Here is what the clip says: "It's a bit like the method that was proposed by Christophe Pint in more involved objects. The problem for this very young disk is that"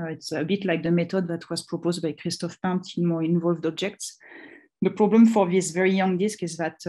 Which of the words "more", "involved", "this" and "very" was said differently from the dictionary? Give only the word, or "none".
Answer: none